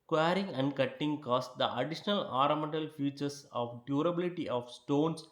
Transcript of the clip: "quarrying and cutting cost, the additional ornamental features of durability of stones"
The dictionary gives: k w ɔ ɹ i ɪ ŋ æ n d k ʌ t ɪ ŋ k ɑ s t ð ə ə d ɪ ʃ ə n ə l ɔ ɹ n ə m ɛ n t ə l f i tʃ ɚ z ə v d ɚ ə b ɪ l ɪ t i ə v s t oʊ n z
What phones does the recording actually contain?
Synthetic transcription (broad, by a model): k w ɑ ɹ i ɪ ŋ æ n d k ʌ t ɪ ŋ k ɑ s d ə ə d ɪ ʃ ə n ə l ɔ ɹ ə m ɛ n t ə l f i tʃ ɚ s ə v d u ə b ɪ l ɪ t i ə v s t oʊ n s